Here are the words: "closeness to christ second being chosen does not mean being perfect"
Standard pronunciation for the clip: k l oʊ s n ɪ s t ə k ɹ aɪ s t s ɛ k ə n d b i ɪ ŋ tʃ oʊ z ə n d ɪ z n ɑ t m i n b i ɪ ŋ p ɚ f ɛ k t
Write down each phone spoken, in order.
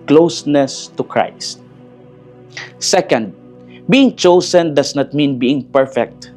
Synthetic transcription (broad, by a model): k l oʊ s n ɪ s t ə k ɹ aɪ s t s ɛ k ə n d b i ɪ ŋ tʃ oʊ s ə n d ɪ s n ɑ t m i n b i ɪ ŋ p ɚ f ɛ k t